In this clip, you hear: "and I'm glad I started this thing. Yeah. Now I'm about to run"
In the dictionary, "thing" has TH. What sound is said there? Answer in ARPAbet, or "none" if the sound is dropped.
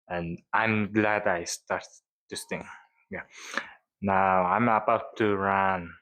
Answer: T